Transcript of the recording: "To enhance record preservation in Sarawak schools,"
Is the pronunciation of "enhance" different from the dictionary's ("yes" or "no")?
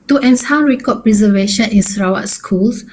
yes